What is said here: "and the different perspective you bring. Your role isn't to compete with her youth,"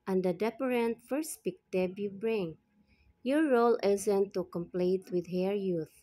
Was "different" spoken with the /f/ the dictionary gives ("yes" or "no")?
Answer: no